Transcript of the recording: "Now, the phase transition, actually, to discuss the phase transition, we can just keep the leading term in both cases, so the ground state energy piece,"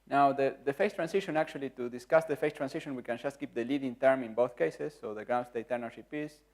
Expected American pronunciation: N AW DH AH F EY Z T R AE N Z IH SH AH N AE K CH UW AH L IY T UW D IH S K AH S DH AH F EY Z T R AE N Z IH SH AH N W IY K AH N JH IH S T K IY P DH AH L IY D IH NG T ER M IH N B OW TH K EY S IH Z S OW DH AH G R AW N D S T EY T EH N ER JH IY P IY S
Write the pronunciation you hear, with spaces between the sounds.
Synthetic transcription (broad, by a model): N AW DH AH F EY S T R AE N S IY SH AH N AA K CH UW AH L IY T UW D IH S K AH S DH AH F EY S T R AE N S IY SH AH N W IY K AH N JH IH S T K IY P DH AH L IY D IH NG T ER M IH N B OW TH K EY S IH S OW DH AH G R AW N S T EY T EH N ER SH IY P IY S